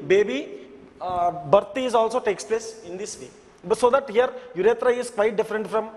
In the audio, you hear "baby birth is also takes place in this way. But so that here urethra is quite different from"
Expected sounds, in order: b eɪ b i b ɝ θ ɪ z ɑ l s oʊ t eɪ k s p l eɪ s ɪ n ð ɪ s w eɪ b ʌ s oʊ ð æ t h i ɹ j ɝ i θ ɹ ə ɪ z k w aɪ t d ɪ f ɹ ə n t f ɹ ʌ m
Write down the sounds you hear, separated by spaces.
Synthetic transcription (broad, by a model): b eɪ b i b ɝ t ɪ z ɑ l s oʊ t eɪ k s p l eɪ s ɪ n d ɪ s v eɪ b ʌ s oʊ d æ t h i ɹ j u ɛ t ɹ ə ɪ z k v aɪ t d ɪ f ɹ ə n t f ɹ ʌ m